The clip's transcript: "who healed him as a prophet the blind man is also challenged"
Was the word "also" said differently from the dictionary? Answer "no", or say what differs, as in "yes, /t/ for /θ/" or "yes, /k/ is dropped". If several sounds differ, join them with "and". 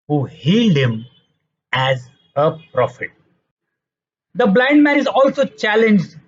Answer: no